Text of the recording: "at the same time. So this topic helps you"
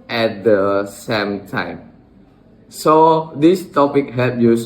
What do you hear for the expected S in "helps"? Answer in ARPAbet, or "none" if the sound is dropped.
none